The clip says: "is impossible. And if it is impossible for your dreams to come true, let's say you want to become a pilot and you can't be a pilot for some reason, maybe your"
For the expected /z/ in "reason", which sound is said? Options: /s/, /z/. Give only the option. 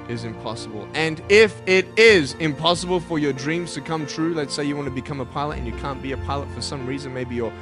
/z/